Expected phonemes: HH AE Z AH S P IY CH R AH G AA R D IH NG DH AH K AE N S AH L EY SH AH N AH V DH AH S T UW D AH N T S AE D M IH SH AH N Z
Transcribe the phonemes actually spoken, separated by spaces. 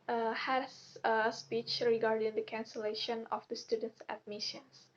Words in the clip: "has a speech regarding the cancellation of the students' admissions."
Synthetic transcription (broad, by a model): HH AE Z AH S P IY CH R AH G AA R D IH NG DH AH K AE N S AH L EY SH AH N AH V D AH S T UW D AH N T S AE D M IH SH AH N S